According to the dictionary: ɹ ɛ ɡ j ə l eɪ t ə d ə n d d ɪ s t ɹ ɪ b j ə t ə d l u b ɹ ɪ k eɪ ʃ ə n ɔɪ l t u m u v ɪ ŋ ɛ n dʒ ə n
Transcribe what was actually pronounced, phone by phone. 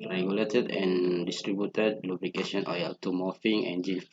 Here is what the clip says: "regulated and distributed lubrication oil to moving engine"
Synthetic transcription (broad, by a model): ɹ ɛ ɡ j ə l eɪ t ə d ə n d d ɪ s t ɹ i b j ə t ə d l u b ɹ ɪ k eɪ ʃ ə n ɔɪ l t u m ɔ f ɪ ŋ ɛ n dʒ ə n